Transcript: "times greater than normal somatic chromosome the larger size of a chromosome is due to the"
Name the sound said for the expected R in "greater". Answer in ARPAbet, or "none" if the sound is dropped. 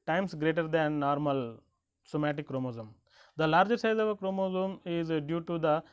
R